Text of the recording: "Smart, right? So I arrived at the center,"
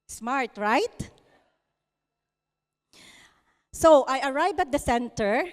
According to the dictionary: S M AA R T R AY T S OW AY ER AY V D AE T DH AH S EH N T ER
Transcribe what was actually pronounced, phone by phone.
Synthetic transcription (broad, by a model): S M AA R T R AY T S OW AY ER AY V AH T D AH S EH N T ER